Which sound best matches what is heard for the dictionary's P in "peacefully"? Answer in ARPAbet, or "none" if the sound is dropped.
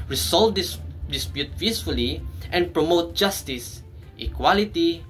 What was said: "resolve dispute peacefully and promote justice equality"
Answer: F